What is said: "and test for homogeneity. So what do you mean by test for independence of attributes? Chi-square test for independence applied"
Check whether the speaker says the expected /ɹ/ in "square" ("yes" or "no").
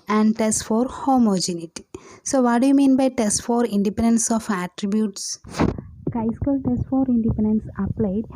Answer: no